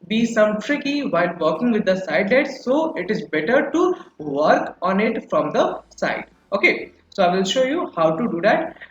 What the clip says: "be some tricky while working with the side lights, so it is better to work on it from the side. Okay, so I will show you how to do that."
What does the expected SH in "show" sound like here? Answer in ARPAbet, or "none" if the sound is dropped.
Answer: SH